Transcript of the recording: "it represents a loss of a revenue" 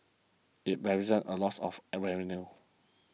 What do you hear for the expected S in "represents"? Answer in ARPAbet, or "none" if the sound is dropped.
none